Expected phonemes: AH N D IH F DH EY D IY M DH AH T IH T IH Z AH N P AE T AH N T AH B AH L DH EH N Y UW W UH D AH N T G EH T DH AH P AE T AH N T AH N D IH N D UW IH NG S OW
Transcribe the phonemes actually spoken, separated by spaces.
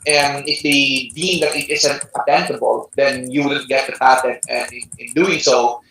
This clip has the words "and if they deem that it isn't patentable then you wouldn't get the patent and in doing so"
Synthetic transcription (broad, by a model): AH N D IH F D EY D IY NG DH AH T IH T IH S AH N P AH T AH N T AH B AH L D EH N Y UW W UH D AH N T G EH T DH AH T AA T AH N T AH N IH IH N D UW IH NG S OW